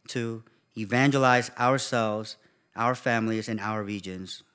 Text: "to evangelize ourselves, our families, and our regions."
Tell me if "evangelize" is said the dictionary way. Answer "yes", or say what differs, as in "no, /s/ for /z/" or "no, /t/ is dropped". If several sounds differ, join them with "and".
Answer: yes